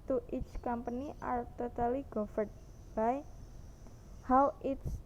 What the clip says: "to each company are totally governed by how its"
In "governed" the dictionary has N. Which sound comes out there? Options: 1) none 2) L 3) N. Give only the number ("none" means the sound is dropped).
1